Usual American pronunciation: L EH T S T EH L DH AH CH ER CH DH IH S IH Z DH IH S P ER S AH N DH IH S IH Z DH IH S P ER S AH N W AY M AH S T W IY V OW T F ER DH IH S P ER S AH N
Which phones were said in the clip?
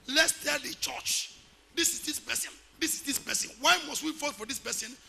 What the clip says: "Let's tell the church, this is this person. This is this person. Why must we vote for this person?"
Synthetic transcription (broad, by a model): L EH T S T EH L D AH CH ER CH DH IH S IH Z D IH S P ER S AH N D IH S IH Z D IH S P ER S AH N W AY M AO S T W IY F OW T F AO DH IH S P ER S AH N